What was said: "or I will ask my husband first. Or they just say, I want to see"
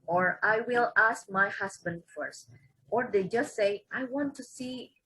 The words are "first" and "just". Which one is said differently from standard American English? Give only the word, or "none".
none